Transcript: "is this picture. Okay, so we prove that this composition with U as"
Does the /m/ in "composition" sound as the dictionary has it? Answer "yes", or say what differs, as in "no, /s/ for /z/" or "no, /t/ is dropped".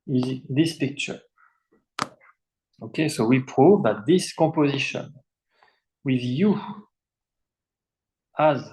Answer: no, /m/ is dropped